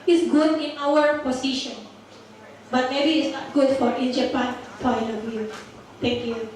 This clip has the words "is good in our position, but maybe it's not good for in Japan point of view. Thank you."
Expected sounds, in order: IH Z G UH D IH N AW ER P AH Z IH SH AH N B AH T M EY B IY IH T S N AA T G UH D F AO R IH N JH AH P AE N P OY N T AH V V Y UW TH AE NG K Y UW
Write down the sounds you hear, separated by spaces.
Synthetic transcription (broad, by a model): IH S G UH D IH N AW ER P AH S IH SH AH N B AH T M EY B IY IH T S N AA T G UH D F AO R IH N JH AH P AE N F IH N AH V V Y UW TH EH NG K Y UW